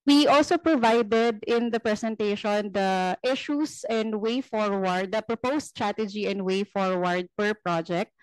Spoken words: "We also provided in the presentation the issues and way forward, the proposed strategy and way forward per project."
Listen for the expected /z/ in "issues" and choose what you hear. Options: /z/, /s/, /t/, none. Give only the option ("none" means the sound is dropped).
/s/